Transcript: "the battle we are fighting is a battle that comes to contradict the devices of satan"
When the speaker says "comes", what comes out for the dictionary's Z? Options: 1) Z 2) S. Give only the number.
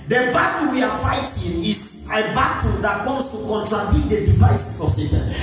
2